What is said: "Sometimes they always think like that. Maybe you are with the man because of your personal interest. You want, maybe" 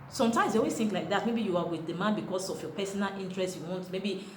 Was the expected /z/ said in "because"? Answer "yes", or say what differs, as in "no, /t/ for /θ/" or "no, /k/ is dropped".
no, /s/ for /z/